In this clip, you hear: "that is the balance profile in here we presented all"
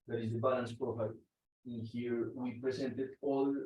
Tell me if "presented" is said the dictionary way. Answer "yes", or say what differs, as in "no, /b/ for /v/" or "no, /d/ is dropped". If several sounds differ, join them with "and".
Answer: no, /s/ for /z/